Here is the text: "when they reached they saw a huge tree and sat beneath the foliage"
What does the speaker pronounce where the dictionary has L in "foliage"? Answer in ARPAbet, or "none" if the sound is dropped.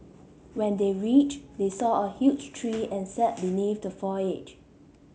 none